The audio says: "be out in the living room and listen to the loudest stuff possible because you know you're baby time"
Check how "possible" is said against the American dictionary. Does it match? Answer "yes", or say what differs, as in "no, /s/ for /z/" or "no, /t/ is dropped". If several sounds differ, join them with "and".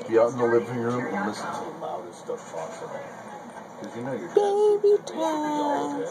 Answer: no, /f/ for /p/